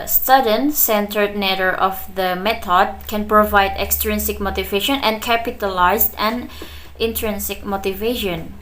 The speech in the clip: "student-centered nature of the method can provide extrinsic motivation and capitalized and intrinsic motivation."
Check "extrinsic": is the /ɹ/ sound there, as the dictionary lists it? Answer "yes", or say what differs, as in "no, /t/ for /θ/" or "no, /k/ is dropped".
yes